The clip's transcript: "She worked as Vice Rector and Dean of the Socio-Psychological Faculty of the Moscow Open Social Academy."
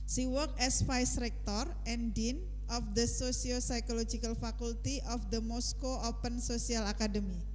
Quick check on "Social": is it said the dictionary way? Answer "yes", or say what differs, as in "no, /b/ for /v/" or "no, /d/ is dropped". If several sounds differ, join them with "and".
no, /s/ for /ʃ/